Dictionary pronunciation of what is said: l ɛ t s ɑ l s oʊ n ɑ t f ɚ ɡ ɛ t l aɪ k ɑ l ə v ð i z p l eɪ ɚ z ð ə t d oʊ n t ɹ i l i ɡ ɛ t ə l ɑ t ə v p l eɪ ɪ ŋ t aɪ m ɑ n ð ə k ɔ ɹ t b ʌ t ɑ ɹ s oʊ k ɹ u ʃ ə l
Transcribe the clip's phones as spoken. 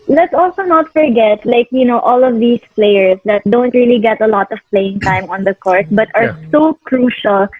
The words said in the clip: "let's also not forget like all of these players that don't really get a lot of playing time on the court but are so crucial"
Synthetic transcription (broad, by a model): l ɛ t s ɑ l s oʊ n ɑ t f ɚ ɡ ɛ t l aɪ k ɑ l ə v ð i s p l eɪ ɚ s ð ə t d oʊ n t ɹ i l i ɡ ɛ t ə l ɑ t ə v p l eɪ ɪ ŋ t aɪ m ɑ n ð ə k ɔ ɹ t b ʌ t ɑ ɹ s oʊ k ɹ u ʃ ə l